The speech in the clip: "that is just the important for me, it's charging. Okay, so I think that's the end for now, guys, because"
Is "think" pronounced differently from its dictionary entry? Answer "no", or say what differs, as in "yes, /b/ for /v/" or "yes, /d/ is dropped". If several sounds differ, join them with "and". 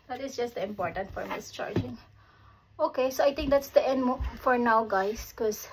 yes, /t/ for /θ/